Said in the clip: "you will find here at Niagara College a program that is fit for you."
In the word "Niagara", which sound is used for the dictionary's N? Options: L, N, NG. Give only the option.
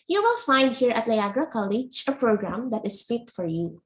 L